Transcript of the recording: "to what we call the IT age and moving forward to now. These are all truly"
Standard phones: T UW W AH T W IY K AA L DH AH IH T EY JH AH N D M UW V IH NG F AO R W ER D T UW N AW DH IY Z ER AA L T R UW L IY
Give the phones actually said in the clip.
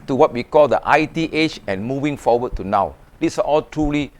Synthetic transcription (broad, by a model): T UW W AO T W IY K AA L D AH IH T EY CH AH N M UW V IH NG F AO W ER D T UW N AW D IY S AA AA L T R UW L IY